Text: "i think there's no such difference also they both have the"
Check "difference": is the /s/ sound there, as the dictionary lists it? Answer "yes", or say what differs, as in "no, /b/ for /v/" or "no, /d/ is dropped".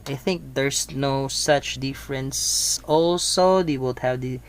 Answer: yes